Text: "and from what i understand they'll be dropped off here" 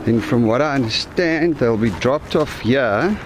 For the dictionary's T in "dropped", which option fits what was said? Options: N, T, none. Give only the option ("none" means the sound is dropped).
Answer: T